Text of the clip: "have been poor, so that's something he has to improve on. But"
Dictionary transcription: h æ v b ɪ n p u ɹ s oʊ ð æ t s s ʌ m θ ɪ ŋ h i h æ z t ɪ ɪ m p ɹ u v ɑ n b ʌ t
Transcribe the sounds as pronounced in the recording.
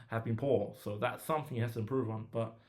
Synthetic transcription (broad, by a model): h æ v b ɪ n p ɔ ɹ s oʊ ð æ t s s ʌ m θ ɪ ŋ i h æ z t ɪ ɪ m p ɹ u v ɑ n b ʌ t